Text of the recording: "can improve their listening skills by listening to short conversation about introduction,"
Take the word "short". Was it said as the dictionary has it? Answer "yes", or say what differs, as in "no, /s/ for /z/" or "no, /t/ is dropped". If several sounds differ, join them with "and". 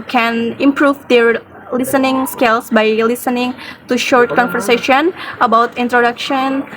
yes